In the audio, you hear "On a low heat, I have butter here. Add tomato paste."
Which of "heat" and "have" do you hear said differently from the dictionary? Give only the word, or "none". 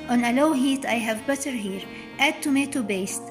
none